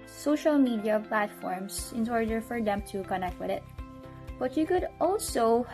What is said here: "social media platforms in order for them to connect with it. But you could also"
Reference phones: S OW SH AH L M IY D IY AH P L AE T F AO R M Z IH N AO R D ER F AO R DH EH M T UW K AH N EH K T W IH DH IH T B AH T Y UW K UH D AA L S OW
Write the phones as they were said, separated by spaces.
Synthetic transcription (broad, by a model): S OW SH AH L M IY D IY AH P L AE T F AO R M S IH N AO R D ER F AO R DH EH M T UW K AH N EH K T W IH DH IH T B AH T Y UW K UH D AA L S OW